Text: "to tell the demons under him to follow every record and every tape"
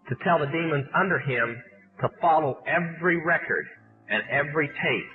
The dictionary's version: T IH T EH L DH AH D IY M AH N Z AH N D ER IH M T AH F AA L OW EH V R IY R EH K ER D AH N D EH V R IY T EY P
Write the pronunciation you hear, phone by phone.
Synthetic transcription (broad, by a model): T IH T EH L DH AH D IY M AH N Z AH N D ER IH M T AH F AA L OW EH V R IY R EH K ER D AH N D EH V R IY T EY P